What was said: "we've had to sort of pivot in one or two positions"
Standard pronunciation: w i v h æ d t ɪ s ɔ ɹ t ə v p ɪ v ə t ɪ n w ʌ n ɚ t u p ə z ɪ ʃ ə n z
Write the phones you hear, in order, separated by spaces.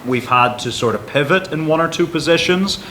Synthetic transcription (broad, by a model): w i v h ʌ d t ɪ s ɔ ɹ t ə v p ɪ v ə t ɪ n w ʌ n ɚ t u p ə z ɪ ʃ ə n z